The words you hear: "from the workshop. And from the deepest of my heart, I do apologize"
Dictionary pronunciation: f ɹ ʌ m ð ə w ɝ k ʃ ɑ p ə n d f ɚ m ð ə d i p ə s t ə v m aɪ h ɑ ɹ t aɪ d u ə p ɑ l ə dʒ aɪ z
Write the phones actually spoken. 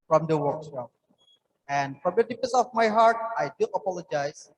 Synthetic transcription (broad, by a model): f ɹ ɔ m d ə w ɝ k s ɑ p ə n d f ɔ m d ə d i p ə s ə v m aɪ h ɑ ɹ t aɪ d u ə p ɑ l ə dʒ aɪ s